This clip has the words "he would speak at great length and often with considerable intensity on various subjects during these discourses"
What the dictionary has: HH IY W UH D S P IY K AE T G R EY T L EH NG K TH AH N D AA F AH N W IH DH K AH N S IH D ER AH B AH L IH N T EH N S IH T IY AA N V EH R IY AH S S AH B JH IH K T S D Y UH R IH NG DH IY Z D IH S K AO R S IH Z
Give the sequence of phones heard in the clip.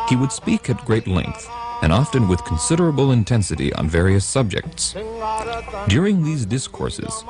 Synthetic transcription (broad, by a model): HH IY W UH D S P IY K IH T G R EY T L EH NG K TH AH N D AA F AH N W IH DH K N S IH D ER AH B L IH N T EH N S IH T IY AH N V EH R IY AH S S AH B JH IH K T S D Y UH R IH NG DH IY Z D IH S K AO R S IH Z